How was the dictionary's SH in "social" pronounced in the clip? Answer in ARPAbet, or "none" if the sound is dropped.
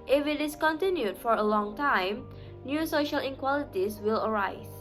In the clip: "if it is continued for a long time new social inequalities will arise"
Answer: SH